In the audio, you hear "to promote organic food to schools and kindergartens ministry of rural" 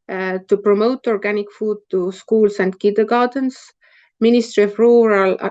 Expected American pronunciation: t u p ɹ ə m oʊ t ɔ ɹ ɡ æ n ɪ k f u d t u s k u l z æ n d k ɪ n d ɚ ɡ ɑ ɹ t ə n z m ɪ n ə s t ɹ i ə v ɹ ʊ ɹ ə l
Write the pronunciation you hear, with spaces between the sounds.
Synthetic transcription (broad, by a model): t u p ɹ ə m oʊ t ɔ ɹ ɡ æ n ɪ k f u d t u s k u l s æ n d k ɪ d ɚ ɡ ɑ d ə n s m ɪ n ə s t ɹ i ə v ɹ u ɹ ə l